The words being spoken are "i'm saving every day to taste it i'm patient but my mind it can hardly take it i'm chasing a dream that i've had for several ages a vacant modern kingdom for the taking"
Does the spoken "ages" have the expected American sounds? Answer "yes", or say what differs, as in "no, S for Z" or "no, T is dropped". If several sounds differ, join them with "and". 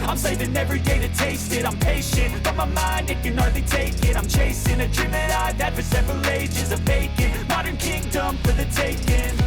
yes